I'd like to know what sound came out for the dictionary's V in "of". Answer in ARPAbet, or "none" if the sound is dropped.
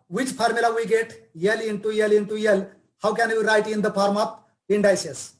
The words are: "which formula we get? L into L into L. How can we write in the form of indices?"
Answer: P